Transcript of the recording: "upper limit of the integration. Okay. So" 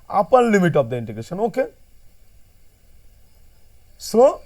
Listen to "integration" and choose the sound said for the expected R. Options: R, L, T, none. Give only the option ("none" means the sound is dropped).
R